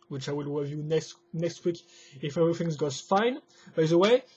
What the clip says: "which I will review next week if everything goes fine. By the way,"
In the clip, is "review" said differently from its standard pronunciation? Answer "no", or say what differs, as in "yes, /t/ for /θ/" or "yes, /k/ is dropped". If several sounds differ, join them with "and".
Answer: yes, /w/ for /ɹ/